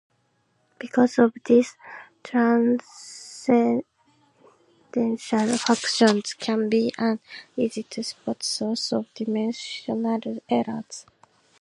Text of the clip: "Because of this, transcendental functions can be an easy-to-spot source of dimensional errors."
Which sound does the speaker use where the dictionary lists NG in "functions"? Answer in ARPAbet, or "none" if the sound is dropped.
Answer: none